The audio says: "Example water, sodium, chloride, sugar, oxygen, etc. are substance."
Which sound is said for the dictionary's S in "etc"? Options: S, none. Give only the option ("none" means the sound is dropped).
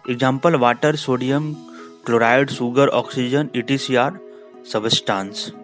none